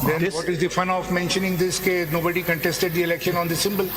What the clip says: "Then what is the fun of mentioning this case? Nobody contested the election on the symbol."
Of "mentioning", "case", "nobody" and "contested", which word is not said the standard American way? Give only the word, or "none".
case